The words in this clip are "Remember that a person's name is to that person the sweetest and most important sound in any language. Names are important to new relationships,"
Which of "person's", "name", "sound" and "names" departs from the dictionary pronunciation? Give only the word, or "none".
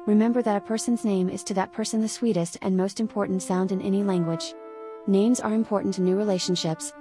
none